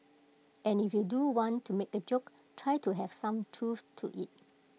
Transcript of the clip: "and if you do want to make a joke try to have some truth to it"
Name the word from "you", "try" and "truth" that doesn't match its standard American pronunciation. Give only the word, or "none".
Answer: truth